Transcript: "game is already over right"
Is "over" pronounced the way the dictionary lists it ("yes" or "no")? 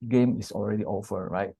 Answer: no